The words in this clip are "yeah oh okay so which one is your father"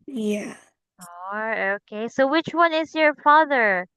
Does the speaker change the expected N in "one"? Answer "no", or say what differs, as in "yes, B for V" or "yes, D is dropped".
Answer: no